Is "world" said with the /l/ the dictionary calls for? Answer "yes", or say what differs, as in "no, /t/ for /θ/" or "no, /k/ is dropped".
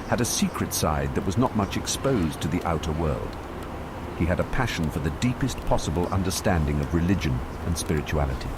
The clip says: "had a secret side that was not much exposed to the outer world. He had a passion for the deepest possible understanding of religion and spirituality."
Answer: yes